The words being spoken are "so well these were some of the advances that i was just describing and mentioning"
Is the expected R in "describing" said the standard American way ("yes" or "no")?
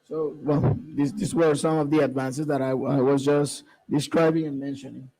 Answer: yes